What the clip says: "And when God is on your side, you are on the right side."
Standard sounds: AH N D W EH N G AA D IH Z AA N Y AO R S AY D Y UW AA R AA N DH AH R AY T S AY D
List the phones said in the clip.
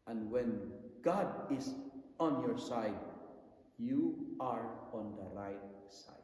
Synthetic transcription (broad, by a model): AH N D W EH N G AA D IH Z AA N Y AO R S AY D Y UW AA R AA N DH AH R AY T S AY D